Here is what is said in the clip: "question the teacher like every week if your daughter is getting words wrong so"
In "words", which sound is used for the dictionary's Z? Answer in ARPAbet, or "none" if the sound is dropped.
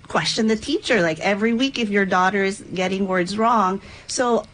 Z